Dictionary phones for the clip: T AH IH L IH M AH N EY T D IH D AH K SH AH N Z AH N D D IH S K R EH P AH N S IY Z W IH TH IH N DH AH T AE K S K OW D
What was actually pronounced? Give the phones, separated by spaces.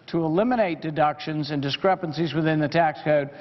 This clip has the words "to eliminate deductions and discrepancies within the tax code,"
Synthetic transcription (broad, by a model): T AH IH L IH M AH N EY T D IH D AH K SH AH N Z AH N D D IH S K R EH P AH N S IY Z W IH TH IH N DH AH T AE K S K OW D